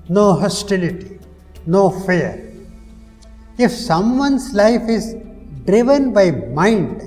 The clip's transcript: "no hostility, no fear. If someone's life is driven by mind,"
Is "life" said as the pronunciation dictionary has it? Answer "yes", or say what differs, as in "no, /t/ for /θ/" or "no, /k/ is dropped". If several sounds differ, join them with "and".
yes